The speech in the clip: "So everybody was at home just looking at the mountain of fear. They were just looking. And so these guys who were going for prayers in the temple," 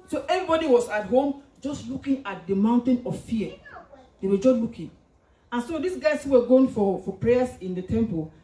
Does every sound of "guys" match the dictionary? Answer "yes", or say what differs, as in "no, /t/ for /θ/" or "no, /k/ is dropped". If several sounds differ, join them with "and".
no, /s/ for /z/